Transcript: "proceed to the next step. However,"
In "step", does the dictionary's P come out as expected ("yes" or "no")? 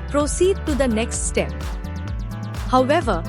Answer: yes